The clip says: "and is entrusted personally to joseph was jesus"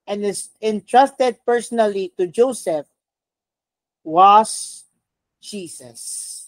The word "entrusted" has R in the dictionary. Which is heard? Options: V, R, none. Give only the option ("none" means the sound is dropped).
R